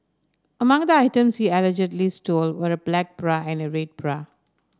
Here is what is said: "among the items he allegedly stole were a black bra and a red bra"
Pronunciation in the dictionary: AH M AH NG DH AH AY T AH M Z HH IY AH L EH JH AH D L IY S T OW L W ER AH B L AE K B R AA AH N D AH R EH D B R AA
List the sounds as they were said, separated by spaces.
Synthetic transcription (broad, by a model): AH M AH NG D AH AY T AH M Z HH IY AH L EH JH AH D L IY S T OW L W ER AH B L AE K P R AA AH N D AH R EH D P R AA